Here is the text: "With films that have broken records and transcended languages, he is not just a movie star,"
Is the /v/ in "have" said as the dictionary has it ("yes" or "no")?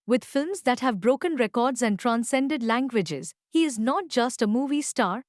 yes